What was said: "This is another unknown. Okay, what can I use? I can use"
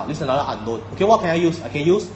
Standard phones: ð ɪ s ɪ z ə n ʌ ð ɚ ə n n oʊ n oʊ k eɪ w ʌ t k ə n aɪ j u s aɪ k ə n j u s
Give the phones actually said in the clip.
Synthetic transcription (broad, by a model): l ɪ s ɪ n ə l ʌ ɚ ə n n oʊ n oʊ k eɪ w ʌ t k ə n aɪ j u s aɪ k ə n j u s